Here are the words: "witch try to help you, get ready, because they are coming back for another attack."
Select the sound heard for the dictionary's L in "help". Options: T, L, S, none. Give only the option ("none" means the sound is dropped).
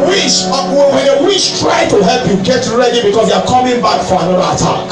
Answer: L